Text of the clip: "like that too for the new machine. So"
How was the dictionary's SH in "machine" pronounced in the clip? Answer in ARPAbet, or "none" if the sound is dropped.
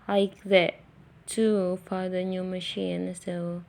SH